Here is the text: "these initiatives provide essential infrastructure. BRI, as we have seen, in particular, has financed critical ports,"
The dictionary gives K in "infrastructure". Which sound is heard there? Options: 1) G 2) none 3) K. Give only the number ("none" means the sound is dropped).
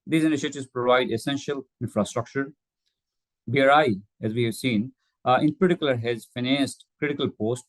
3